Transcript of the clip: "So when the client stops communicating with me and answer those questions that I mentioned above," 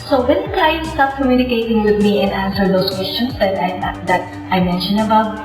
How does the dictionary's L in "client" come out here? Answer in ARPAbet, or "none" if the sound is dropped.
none